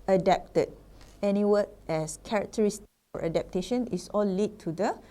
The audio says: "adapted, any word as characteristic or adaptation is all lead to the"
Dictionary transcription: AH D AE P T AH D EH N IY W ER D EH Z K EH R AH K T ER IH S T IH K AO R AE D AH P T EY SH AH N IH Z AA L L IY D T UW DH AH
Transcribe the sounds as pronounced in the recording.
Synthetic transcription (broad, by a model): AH D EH P T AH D EH N IY W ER EH S K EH R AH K T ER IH S T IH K AO R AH D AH P T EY SH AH N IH S AA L L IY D T UW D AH